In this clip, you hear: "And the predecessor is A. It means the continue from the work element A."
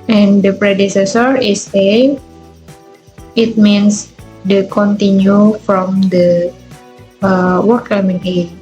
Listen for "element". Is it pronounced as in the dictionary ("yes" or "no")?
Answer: no